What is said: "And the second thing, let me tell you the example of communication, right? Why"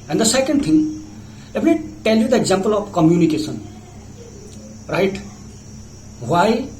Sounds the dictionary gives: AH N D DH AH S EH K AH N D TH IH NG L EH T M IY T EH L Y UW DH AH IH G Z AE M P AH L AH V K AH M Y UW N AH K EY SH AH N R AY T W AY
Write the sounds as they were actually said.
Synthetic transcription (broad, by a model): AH N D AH S EH K AH N D T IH NG L EH T M IY T EH L Y UW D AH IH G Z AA M P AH L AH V K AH M Y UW N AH K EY S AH N R AY T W AY